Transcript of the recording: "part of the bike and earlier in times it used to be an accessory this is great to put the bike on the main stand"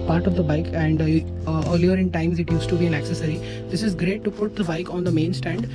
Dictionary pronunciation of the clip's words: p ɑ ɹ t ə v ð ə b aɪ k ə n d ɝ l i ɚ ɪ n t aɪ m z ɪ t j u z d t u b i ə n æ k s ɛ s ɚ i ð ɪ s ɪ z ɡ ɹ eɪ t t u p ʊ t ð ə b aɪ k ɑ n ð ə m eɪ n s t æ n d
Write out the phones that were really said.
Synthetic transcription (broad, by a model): p ɑ ɹ t ə v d ə b aɪ k ə n d ɝ l i ɚ ɪ n t aɪ m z ɪ t j u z t u b i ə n æ k s ɛ s ɚ i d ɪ s ɪ z ɡ ɹ eɪ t t u p ʊ t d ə b aɪ k ɑ n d ə m eɪ n s t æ n d